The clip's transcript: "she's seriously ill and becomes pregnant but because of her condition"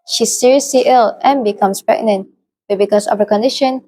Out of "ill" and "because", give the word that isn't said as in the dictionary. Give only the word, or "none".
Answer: because